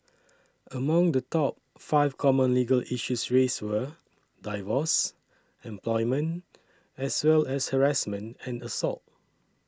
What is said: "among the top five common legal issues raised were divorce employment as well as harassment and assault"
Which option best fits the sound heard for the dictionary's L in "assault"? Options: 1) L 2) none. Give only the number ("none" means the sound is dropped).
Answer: 1